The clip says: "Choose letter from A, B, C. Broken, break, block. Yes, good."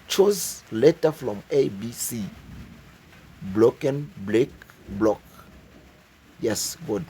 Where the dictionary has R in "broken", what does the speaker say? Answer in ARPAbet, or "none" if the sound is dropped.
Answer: L